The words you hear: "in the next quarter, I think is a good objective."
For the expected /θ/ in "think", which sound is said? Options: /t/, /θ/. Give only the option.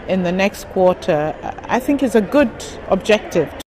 /θ/